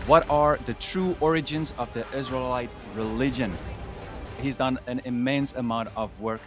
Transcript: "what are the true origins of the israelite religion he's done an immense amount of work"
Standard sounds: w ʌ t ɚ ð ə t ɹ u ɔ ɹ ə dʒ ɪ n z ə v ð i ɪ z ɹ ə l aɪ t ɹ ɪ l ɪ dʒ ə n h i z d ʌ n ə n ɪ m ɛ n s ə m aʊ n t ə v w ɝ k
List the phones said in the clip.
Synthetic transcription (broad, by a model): w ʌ t ɚ ð ə t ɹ u ɔ ɹ ə dʒ ɪ n z ə v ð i ɪ z ɹ ə l aɪ t ɹ ɪ l ɪ dʒ ə n h i z d ʌ n ə n ɪ m ɛ n s ə m aʊ n t ə v w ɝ k